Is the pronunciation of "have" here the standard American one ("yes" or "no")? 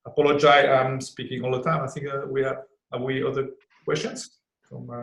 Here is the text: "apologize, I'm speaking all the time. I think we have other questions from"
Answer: no